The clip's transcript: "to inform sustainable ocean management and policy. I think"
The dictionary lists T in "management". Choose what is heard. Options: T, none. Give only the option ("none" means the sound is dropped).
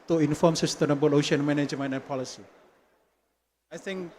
none